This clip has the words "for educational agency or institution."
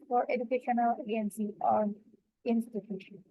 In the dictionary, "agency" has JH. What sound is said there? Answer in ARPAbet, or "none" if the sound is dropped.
none